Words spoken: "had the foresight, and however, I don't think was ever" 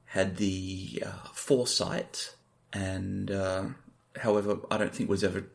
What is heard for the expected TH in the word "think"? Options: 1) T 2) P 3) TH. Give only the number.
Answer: 3